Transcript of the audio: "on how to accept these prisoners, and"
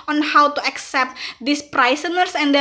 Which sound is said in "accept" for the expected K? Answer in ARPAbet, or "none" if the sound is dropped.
K